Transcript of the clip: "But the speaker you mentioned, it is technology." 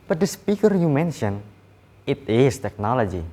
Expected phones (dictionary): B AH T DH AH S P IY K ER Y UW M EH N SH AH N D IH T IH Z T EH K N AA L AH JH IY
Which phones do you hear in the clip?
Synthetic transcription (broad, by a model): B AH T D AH S P IY K ER Y UW M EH N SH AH N IH T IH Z T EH K N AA L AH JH IY